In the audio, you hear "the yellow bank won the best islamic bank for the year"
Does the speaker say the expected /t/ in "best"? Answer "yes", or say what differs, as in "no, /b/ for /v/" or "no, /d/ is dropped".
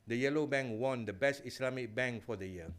yes